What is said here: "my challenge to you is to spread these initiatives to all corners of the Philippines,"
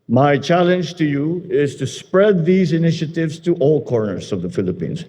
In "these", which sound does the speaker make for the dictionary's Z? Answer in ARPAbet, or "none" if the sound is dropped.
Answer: Z